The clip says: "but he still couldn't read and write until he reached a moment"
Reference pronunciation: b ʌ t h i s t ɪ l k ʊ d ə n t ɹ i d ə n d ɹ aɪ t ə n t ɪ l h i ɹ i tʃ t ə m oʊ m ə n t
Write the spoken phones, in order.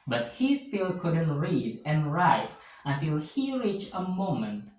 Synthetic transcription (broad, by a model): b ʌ t h i s t ɪ l k ʊ d ə n t ɹ i d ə n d ɹ aɪ t ə n t ɪ l h i ɹ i tʃ ə m oʊ m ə n t